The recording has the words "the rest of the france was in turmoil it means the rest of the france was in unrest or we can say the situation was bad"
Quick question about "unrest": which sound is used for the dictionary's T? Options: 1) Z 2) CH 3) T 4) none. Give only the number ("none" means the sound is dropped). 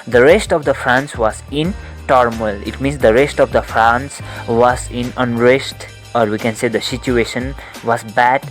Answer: 3